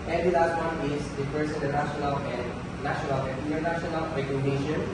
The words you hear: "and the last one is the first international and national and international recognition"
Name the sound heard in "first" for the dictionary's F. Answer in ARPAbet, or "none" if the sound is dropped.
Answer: P